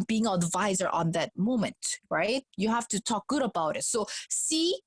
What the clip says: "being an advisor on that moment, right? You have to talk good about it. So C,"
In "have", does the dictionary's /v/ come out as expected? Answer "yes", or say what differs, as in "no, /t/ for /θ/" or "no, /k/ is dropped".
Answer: no, /f/ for /v/